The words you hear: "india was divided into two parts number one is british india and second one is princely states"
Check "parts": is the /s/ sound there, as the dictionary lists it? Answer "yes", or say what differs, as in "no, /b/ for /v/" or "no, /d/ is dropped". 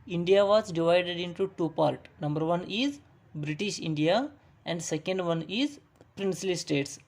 no, /s/ is dropped